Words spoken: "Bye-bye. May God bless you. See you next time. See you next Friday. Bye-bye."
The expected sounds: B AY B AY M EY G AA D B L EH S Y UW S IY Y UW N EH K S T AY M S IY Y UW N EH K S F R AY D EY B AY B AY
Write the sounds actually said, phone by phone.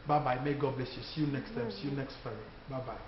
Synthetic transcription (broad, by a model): B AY B AY M EY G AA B L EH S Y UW S IY Y UW N EH K S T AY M S IY Y UW N EH K S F AY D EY B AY B AY